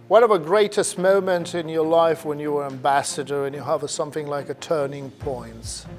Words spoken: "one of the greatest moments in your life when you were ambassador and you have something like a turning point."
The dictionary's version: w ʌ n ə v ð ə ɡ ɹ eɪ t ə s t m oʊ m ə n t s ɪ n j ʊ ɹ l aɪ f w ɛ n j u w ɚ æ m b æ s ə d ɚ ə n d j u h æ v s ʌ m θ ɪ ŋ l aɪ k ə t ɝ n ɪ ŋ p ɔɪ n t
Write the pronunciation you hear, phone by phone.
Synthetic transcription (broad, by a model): w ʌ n ə v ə ɡ ɹ eɪ t ə s t m oʊ m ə n t ɪ n j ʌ ɹ l aɪ f w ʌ n j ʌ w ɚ æ m b æ s ə d ɚ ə n j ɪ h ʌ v s ʌ m θ ɪ ŋ l aɪ k ə t ɝ n ɪ ŋ p ɔɪ n t